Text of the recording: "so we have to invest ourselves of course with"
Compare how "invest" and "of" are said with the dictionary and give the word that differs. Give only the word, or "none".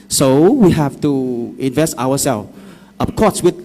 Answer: of